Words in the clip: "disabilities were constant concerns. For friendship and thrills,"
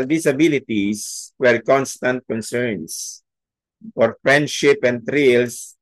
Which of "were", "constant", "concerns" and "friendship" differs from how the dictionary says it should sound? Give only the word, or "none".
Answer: concerns